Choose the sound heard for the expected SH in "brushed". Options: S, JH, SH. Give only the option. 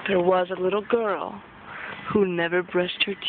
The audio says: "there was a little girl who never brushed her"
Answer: S